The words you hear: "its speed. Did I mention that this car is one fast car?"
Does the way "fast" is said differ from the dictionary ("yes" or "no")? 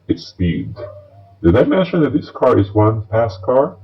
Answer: yes